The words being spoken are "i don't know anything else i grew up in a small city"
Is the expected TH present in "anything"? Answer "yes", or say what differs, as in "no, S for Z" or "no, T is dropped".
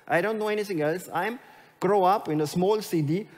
no, T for TH